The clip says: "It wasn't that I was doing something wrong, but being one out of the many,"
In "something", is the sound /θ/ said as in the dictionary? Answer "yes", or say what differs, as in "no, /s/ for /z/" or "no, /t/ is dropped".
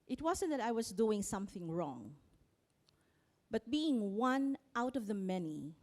yes